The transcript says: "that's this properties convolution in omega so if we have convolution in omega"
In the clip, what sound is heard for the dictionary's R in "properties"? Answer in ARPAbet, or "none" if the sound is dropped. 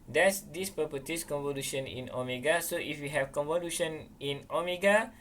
none